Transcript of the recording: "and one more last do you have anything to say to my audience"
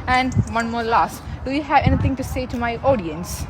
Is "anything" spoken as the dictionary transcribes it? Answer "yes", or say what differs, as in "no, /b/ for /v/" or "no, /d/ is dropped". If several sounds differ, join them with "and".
no, /t/ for /θ/